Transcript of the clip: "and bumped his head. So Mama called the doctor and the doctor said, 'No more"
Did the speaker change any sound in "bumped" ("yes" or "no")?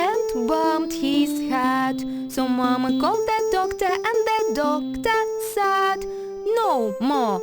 yes